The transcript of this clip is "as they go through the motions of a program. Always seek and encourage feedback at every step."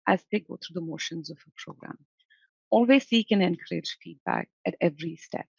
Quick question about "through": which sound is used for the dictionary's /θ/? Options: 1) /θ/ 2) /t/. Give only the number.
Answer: 2